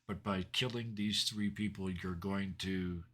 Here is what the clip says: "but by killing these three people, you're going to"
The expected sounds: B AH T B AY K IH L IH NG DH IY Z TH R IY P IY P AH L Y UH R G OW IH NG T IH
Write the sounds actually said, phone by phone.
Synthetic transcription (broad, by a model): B AH T B AY K IH L IH NG DH IY Z TH R IY P IY P L Y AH R G OW IH NG T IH